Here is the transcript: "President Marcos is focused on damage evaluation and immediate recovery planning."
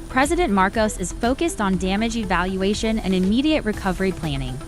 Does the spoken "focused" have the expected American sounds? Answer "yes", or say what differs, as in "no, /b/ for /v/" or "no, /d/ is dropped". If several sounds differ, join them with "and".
yes